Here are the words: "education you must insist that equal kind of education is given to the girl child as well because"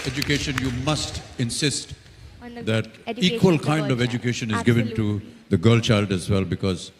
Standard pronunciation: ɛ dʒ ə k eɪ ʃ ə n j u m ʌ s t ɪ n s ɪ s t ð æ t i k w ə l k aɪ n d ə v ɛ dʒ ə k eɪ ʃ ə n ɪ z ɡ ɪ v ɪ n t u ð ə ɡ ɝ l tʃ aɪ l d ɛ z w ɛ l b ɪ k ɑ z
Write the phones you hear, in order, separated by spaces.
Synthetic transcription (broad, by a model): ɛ dʒ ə k eɪ ʃ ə n j u m ʌ s t ɪ n s ɪ s t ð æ t i k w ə l k aɪ n d ə v ɛ dʒ ə k eɪ ʃ ə n ɪ z ɡ ɪ v ɪ n t u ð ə ɡ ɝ l tʃ aɪ l d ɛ z w ɛ l b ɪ k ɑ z